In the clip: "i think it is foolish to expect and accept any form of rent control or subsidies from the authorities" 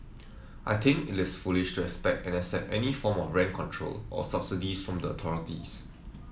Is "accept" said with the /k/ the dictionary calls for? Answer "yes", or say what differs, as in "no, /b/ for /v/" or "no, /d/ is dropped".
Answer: no, /k/ is dropped